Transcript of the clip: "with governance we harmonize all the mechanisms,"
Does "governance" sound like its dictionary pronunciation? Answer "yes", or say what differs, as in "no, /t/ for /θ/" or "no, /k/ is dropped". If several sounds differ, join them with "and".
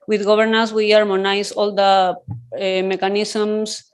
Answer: no, /b/ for /v/